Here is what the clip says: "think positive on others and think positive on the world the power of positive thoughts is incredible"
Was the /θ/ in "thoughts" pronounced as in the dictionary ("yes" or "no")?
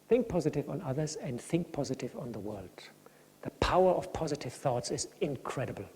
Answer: yes